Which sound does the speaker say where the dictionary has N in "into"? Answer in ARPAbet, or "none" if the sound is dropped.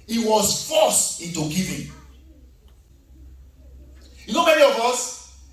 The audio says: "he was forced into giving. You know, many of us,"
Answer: none